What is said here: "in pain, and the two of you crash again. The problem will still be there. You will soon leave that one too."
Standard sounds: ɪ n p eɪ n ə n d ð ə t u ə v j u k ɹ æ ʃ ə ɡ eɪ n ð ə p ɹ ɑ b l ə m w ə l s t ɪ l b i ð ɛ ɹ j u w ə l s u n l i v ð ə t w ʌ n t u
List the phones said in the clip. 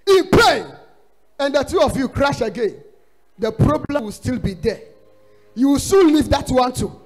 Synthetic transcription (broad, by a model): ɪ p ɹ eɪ ə n d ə t u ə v j u k ɹ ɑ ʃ ə ɡ eɪ n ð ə p ɹ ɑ b l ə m w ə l s t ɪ l b i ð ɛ j u w ə l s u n l i v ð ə t w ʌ n t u